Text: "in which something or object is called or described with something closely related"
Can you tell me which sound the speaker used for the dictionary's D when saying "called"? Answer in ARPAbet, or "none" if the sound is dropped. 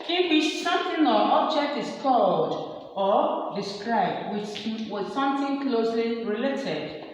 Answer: D